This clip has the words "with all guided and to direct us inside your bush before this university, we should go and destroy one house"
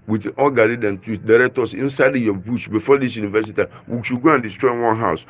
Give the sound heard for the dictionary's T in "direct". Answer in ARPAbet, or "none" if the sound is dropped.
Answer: T